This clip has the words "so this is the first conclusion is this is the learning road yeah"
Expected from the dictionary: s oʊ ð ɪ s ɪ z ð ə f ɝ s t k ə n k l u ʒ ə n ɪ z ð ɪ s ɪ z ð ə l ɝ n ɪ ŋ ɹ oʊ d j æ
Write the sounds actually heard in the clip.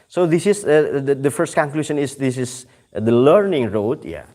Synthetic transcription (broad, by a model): s oʊ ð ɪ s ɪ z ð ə f ɝ s t k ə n k l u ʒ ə n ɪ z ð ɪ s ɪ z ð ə l ɝ n ɪ ŋ ɹ oʊ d j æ